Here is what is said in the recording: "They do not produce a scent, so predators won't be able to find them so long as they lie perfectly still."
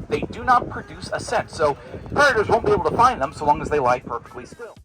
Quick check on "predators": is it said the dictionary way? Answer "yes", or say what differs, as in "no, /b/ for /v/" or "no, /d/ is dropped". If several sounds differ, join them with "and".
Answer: no, /ɹ/ is dropped